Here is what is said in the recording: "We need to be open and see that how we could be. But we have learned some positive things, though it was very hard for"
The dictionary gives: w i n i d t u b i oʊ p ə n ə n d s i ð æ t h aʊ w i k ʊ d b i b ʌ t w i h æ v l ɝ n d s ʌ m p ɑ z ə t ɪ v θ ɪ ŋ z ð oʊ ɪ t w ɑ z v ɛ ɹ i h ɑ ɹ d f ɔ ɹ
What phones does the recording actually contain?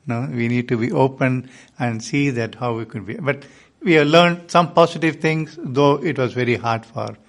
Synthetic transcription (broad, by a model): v i n i d t u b i oʊ p ə n ə n d s i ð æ t h aʊ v i k ʊ d b i b ʌ t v i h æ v l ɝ n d s ʌ m p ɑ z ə t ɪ v t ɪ ŋ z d oʊ ɪ t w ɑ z v ɛ ɹ i h ɑ ɹ d f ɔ ɹ